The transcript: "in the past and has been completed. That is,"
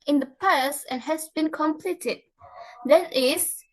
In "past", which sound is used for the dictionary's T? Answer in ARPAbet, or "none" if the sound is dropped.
none